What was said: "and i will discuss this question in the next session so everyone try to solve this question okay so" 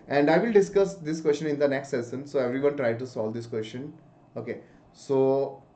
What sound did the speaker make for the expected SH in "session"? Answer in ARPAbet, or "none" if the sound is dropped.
S